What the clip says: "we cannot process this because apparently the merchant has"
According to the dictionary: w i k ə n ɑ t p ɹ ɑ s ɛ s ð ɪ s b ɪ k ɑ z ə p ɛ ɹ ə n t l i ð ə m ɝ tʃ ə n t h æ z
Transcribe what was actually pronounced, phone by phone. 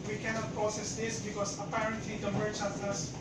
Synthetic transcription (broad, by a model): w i k ə n ɑ t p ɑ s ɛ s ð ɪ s b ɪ k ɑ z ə p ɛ ɹ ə n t l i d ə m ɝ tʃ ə t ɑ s